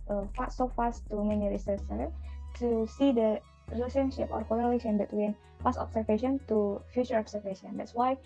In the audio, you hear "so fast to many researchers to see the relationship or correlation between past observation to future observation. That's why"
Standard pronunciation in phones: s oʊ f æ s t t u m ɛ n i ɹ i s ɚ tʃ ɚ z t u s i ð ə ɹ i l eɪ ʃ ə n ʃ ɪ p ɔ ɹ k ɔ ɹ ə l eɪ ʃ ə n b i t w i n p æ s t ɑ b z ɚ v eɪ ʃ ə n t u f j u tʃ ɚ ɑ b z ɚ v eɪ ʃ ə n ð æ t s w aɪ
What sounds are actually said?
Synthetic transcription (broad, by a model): s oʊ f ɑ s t t u m ɛ n i ɹ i s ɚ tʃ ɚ t u s i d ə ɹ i l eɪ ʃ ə n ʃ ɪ p ɔ ɹ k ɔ l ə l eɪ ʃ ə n b i t w i n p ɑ s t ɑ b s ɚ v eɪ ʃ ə n t u f j u tʃ ɚ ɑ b s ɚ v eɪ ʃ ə n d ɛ t s w aɪ